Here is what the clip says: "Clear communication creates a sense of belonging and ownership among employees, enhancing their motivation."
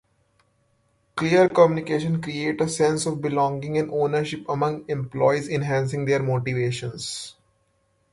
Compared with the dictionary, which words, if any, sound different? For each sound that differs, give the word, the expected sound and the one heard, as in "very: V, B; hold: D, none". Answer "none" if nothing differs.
creates: S, none